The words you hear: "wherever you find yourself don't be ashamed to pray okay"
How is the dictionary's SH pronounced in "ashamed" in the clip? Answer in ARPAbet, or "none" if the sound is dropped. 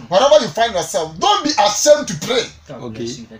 S